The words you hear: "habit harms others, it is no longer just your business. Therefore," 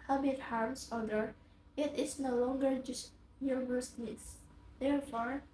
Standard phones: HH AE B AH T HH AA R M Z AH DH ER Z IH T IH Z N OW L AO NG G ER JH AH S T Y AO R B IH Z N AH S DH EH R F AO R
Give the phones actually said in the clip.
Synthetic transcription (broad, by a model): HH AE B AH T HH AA R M S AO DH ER IH T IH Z N OW L AO NG G ER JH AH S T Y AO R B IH S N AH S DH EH R F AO R